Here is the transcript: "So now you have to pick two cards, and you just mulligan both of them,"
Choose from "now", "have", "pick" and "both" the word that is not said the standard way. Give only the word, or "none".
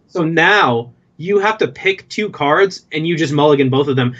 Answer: have